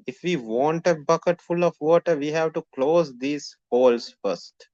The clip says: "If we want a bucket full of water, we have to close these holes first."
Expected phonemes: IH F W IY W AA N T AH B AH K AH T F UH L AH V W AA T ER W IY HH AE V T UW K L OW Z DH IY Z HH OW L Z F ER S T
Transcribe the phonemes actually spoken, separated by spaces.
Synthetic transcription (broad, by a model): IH F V IY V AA N T AH B AH K AH T F UH L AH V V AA T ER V IY HH AE V T UW K L OW Z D IY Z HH OW L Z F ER S T